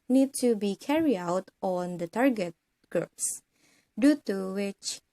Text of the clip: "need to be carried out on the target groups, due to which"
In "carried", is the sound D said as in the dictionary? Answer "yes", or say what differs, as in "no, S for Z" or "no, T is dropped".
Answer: no, D is dropped